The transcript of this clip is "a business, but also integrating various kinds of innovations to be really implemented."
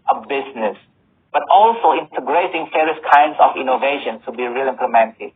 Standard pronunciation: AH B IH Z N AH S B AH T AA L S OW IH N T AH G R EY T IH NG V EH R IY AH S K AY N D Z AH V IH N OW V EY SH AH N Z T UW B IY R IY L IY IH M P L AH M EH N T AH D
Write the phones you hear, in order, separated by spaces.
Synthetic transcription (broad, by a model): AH B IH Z N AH S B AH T AA L S OW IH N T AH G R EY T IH NG F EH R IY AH S K AY N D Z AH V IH N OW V EY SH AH N T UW B IY R IY L IY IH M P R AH M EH N T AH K